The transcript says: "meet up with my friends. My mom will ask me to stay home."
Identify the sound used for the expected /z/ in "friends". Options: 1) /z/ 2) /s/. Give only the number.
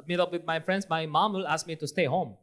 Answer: 2